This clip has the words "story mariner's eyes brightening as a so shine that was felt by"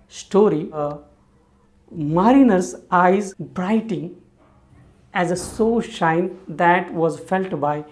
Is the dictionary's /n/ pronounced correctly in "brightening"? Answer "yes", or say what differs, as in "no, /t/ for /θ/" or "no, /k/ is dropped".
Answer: no, /n/ is dropped